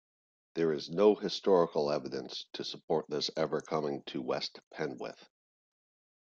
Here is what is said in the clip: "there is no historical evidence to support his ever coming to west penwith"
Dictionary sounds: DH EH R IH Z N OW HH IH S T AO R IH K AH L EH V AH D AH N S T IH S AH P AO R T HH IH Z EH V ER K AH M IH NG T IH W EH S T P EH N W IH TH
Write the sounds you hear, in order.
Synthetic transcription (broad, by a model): DH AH R IH Z N OW HH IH S T AO R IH K L EH V AH D AH N S T IH S AH P AO R T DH IH S EH V ER K AH M IH NG T IH W EH S T P EH N W IH TH